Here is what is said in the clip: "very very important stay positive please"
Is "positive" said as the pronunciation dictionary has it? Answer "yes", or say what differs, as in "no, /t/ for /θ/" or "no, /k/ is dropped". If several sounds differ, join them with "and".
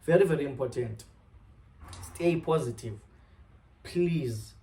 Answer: yes